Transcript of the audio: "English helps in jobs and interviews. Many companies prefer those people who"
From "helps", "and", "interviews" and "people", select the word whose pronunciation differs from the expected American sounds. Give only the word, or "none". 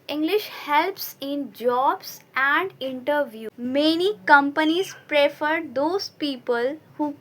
interviews